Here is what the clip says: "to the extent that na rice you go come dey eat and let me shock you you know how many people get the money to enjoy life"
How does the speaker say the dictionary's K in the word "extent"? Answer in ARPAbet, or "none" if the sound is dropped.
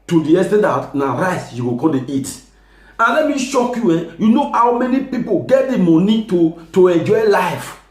none